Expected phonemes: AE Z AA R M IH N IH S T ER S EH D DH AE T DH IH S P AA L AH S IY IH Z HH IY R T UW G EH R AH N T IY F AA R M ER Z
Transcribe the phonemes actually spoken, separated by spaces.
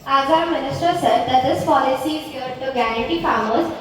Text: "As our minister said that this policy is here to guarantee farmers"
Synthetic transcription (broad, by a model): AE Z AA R M IH N IH S T ER S EH D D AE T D IH S P AA L AH S IY IH Z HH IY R T UW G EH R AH T IY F AA R M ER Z